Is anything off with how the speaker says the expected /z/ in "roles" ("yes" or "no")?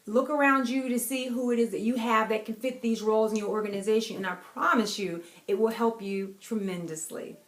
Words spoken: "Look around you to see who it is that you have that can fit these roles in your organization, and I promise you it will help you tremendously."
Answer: no